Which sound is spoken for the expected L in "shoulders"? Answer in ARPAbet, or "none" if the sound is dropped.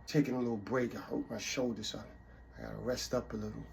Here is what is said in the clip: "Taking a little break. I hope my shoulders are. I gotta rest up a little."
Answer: none